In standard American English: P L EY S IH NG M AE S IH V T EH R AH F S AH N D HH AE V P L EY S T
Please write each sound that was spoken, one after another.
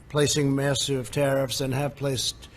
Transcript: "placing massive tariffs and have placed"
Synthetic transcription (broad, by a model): P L EY S IH NG M AE S IH V T EH R AH F S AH N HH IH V P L EY S T